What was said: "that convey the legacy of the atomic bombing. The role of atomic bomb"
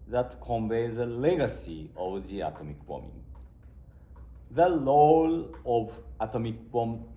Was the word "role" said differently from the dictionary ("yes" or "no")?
yes